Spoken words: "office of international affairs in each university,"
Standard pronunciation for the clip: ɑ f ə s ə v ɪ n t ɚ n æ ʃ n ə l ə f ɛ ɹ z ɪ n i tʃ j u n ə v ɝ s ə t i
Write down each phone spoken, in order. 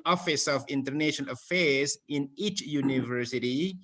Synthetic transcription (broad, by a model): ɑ f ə s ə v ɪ n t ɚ n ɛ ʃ ə n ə f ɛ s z ɪ n i tʃ j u n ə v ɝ s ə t i